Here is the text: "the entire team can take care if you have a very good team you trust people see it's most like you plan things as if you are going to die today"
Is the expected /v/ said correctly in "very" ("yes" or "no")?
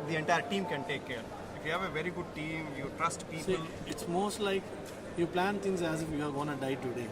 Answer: yes